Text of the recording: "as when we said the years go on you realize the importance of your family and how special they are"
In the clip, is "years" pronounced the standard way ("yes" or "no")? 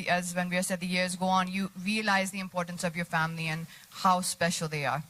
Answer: yes